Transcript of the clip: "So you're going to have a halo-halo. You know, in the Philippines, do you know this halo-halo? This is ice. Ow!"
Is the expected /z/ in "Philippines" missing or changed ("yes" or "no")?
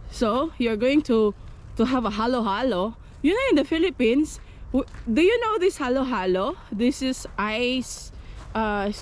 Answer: yes